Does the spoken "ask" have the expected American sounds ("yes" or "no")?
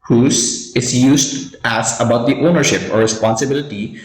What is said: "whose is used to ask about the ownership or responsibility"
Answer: no